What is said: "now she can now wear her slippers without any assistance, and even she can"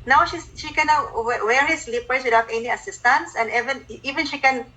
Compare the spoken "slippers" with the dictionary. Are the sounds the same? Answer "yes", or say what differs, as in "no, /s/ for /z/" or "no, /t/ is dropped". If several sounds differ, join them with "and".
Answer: no, /s/ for /z/